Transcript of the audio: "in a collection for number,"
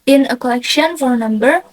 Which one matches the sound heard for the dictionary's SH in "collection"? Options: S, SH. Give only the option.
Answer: SH